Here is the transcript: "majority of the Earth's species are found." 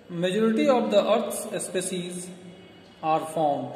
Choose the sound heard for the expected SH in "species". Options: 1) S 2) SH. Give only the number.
1